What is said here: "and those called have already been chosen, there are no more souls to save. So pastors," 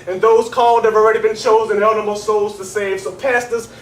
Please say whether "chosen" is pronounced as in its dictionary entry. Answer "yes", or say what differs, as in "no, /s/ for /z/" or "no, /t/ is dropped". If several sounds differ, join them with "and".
yes